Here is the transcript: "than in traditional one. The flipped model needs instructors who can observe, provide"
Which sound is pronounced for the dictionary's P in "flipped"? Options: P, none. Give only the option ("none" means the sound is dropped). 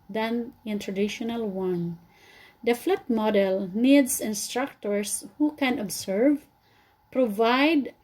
none